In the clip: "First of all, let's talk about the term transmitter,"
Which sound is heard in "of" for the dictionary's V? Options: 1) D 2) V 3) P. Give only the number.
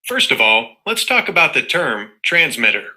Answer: 2